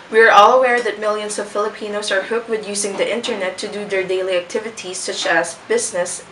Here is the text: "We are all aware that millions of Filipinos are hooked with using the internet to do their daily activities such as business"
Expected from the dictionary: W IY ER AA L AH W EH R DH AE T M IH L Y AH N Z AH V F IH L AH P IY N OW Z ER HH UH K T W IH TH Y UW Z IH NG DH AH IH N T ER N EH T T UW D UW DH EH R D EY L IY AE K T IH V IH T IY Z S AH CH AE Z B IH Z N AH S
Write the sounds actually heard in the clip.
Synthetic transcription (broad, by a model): W IY ER AA L AH W EH R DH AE T M IH L Y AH N S AH V F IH L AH P IY N OW S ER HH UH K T W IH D Y UW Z IH NG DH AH IH N T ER N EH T T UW D UW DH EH R D EY L IY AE K T IH V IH T IY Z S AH CH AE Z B IH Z N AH S